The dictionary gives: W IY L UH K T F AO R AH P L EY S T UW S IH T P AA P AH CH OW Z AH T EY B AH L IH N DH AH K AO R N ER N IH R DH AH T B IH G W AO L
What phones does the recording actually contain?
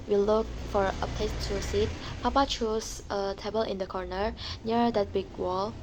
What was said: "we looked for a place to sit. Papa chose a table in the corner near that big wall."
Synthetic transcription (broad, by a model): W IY L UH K F AO R AH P EY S T UW S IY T P AA P AH CH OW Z AH T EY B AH L IH N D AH K AO R N ER N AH R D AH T B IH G W AO L